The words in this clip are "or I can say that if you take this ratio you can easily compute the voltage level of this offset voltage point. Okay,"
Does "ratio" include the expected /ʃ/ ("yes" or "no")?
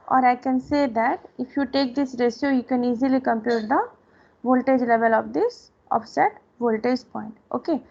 no